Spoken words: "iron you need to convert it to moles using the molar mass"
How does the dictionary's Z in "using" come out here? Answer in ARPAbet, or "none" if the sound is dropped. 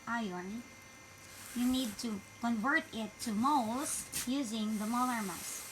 Z